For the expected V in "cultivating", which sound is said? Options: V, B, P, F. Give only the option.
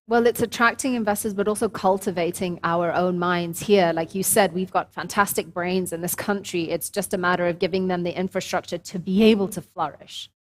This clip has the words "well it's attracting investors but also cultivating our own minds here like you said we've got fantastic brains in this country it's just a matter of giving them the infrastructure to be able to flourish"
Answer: V